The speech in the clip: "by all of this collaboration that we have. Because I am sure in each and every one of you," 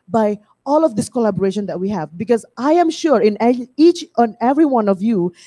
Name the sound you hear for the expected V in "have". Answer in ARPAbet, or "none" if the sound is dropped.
V